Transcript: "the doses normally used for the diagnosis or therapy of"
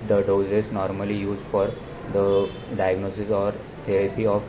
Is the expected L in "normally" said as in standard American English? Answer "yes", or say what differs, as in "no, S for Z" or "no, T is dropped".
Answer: yes